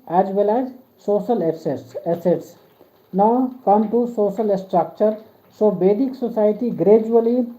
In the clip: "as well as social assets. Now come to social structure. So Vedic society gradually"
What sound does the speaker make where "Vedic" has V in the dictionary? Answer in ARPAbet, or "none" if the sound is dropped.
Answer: B